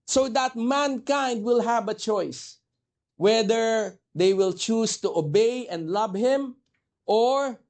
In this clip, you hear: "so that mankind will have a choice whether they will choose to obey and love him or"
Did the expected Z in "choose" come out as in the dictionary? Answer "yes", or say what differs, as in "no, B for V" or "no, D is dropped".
no, S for Z